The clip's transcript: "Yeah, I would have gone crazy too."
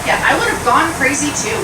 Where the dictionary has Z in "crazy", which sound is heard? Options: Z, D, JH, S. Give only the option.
Z